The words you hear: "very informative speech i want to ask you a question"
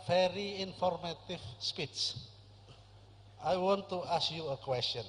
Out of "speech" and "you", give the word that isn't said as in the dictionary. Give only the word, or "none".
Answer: speech